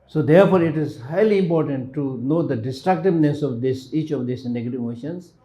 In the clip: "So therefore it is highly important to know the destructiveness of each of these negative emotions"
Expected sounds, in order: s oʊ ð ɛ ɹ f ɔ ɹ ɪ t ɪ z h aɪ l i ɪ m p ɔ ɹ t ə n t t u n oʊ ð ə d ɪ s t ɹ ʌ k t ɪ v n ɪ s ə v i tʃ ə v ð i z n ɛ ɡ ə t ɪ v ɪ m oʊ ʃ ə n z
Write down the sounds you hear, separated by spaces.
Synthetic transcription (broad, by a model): s oʊ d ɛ ɹ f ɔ ɹ ɪ t ɪ z h aɪ l i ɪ m p ɔ ɹ t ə n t t u n oʊ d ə d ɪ s t ɹ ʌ k t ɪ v n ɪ s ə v i tʃ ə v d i s n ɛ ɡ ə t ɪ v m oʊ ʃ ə n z